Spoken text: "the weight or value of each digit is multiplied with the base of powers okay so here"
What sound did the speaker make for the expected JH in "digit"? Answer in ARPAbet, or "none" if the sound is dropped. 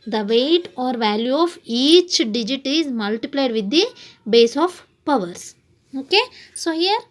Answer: JH